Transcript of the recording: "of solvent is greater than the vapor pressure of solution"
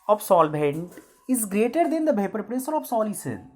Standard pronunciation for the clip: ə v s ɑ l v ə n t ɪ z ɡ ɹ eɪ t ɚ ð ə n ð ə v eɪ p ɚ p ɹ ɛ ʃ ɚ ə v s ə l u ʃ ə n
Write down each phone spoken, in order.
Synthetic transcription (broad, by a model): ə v s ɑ l b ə n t ɪ z ɡ ɹ eɪ t ɚ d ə n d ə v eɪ p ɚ p ɹ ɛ s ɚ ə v s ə l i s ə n